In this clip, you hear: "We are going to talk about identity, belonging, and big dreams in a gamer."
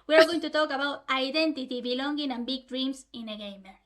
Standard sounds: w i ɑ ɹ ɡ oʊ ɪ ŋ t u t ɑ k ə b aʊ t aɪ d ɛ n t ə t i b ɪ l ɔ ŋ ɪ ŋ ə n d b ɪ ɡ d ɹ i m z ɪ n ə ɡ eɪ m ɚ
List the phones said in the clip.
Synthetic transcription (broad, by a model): w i ɑ ɹ ɡ oʊ ɪ ŋ t u t ɑ k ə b aʊ t aɪ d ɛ n t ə t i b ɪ l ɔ ŋ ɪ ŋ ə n b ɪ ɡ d ɹ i m s ɪ n ə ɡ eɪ m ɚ